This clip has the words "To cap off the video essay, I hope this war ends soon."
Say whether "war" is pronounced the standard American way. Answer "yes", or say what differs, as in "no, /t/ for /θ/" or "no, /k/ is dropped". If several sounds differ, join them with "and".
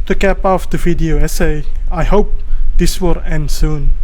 no, /l/ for /ɹ/